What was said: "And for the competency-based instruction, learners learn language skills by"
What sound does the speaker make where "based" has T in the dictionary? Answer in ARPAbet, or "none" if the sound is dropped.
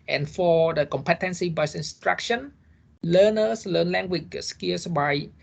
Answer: none